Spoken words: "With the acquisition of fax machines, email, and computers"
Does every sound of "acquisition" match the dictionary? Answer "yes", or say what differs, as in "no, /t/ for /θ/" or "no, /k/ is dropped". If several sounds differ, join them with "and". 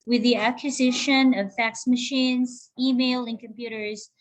yes